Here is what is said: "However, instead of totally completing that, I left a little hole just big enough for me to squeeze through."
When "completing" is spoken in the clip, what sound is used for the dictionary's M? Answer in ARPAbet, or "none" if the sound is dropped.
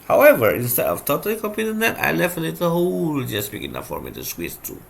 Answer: none